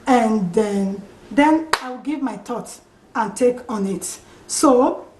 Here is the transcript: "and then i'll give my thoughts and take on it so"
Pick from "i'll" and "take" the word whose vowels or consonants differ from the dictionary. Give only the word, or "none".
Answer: i'll